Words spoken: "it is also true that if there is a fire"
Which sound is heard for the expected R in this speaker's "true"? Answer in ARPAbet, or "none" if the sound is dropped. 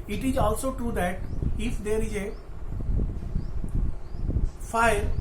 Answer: R